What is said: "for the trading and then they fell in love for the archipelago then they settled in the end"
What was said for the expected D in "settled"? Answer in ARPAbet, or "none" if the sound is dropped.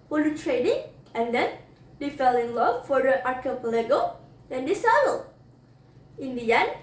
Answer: none